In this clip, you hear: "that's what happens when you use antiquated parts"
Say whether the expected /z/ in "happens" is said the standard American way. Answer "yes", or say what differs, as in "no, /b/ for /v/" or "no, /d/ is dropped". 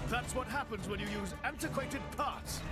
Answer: yes